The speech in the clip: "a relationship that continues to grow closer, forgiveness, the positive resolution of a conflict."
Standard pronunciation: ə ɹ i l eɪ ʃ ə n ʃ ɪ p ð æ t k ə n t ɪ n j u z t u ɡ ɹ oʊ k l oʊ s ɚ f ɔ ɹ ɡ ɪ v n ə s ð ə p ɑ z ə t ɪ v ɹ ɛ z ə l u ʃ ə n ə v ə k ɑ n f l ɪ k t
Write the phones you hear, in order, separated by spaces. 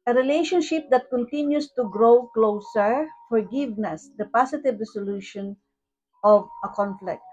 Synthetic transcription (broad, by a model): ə ɹ i l eɪ ʃ ə n ʃ ɪ p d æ t k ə n t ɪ n j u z t u ɡ ɹ oʊ k l oʊ s ɚ f ɔ ɹ ɡ ɪ v n ə s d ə p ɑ s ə t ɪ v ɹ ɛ s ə l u ʃ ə n ə v ə k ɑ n f l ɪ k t